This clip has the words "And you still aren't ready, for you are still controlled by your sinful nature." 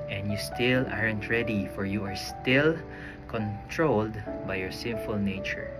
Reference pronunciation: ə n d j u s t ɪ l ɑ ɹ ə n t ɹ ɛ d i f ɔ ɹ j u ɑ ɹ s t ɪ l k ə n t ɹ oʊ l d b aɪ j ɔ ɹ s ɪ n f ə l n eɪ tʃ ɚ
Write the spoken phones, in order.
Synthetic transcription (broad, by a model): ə n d j u s t ɪ l ɑ ɹ ə n t ɹ ɛ d i f ɔ ɹ j u ɑ ɹ s t ɪ l k ə n t ɹ oʊ l d b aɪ j ɔ ɹ s ɪ n f ə l n eɪ tʃ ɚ